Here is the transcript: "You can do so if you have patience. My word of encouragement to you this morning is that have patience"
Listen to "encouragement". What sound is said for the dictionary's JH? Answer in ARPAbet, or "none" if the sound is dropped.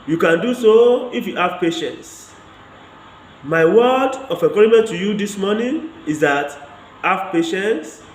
none